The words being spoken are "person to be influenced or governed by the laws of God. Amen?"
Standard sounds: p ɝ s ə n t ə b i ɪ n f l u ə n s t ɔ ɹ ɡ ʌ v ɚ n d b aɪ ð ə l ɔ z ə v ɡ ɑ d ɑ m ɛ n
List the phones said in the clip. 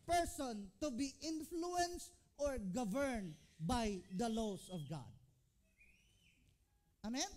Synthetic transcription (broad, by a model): p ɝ s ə n t ə b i ɪ n f l u ə n s t ɔ ɹ ɡ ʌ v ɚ n d b aɪ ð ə l ɔ s ə v ɡ ɑ d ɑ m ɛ n